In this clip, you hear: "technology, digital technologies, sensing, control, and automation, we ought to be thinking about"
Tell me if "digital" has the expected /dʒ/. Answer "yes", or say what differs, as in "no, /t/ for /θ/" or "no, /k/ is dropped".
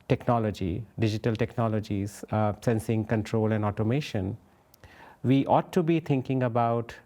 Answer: yes